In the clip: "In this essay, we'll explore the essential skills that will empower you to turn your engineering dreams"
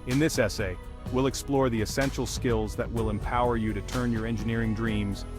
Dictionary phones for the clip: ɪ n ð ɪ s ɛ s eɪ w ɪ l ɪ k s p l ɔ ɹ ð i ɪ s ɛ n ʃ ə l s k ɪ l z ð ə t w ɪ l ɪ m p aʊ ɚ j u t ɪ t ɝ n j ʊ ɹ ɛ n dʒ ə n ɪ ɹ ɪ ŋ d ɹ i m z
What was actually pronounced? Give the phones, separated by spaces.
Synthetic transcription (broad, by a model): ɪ n ð ɪ s ɛ s eɪ w ɪ l ɪ k s p l ɔ ɹ ð i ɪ s ɛ n ʃ l s k ɪ l z ð ə t w ɪ l ɪ m p aʊ ɚ j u t ɪ t ɝ n j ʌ ɹ ɛ n dʒ ə n ɪ ɹ ɪ ŋ d ɹ i m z